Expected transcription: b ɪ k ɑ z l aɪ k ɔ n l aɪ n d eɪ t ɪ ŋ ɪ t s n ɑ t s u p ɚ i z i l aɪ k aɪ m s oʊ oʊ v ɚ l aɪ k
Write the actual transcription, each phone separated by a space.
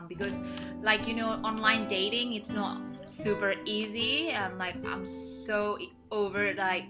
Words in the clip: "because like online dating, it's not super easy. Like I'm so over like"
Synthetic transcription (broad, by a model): b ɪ k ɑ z l aɪ k ɔ n l aɪ n d eɪ t ɪ ŋ ɪ t s n ɑ t s u p ɚ i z i l aɪ k aɪ m s oʊ oʊ v ɚ l aɪ k